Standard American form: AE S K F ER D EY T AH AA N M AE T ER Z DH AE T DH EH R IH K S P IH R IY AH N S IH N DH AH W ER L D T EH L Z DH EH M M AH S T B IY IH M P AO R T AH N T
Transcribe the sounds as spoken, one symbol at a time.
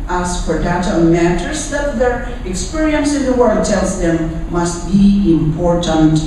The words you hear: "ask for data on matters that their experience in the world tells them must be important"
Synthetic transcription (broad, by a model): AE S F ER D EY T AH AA M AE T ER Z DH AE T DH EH R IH K S P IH R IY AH N S IH N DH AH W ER D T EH L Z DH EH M M AH S T B IY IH M P AO R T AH N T